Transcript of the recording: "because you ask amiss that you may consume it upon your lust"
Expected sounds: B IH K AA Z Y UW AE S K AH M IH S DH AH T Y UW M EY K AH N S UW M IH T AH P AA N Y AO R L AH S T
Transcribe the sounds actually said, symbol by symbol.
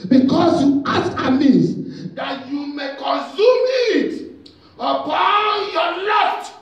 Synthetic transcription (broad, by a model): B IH K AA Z Y UW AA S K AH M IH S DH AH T Y UW M EY K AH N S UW M IH T AH P AA N Y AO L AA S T